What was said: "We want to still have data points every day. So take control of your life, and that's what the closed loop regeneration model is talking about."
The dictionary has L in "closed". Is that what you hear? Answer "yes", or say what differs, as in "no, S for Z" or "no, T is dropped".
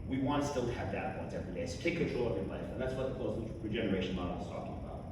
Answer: no, L is dropped